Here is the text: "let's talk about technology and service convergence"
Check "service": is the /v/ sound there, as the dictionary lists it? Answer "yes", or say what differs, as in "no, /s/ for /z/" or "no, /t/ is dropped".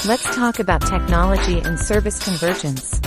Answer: yes